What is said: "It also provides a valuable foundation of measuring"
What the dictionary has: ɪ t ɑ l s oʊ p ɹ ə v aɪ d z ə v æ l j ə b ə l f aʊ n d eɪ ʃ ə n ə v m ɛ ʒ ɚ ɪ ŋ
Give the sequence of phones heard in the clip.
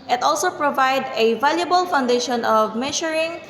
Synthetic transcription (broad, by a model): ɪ t ɑ l s oʊ p ɹ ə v aɪ d ə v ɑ l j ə b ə l f aʊ n d eɪ ʃ ə n ə v m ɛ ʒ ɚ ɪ ŋ